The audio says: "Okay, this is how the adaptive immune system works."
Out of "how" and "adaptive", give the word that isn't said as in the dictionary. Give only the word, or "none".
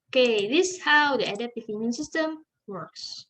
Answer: adaptive